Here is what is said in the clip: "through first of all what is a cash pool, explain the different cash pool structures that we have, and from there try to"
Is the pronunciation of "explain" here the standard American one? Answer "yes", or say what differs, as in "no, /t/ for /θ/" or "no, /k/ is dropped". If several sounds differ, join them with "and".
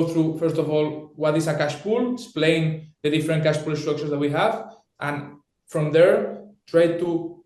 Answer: no, /k/ is dropped